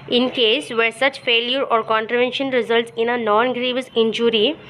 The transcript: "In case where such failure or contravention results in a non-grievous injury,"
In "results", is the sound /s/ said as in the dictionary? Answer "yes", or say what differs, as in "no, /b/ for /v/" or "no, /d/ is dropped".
yes